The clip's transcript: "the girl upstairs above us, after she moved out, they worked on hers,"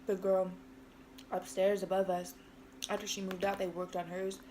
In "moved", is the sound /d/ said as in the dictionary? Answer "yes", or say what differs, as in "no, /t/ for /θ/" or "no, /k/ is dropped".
yes